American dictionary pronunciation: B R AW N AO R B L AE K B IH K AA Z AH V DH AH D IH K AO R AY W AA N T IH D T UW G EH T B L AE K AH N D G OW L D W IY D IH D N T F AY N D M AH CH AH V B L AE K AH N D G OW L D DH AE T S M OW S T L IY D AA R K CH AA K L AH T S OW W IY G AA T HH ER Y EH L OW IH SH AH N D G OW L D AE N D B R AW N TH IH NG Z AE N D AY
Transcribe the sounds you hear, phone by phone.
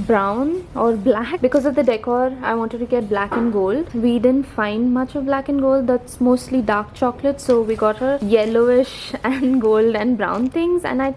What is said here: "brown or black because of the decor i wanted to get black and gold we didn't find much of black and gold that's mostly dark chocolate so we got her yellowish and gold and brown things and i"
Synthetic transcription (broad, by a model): B R AW N AO R B L AE K B IH K AA Z AH V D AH D IH K AO R AY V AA N T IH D T UW G EH T B L AE K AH N G OW L D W IY D IH D N T F AY N D M AH CH AH V B L AE K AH N G OW L D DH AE T S M OW S T L IY D AA R K CH AA K L AH T S OW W IY G AA T HH ER Y EH L OW IH SH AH N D G OW L D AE N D B R AW N T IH NG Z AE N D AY